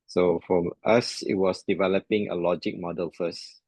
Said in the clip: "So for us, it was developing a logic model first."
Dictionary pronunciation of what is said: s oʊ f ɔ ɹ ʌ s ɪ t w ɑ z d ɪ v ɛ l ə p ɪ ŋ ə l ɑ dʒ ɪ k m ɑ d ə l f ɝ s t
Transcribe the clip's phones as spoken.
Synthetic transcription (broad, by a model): s oʊ f ɔ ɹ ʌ s ɪ t w ɑ s d ɪ v ɛ l ə p ɪ ŋ ə l ɑ dʒ ɪ k m ɑ d ə l f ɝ s t